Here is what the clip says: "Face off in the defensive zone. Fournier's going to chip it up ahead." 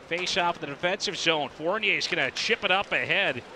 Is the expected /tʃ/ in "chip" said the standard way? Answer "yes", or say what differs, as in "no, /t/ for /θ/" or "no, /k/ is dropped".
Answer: yes